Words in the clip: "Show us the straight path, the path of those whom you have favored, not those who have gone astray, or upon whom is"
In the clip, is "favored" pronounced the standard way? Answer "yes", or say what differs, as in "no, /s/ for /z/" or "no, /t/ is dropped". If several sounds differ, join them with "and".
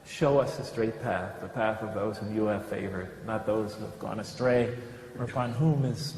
yes